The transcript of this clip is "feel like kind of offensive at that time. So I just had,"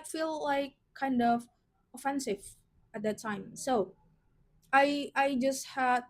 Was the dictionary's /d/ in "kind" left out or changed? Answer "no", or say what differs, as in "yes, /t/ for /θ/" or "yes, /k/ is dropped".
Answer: no